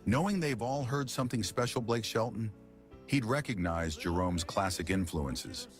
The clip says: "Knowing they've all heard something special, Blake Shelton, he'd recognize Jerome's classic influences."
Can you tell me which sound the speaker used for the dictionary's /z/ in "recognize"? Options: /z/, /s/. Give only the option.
/z/